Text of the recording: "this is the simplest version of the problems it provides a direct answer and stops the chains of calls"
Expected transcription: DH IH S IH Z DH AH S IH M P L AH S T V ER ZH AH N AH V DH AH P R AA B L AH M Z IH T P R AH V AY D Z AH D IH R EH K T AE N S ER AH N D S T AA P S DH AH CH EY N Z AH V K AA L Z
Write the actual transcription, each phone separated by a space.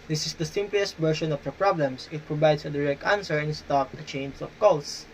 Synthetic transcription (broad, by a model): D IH S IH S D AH S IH M P L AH S T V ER SH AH N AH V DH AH P R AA B L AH M S IH T P R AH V AY D S AH D IH R EH K T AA N S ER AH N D S T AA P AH CH EY N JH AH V K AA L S